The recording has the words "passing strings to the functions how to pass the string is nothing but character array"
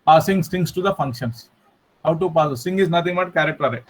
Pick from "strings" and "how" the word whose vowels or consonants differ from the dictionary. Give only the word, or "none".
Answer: strings